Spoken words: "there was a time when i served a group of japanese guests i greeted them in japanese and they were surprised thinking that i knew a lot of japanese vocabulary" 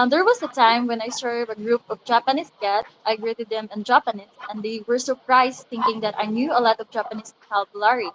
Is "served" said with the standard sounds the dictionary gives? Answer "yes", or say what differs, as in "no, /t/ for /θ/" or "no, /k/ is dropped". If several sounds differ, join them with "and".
no, /d/ is dropped